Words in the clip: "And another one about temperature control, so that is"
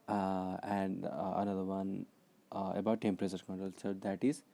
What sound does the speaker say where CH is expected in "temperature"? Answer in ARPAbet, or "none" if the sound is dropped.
S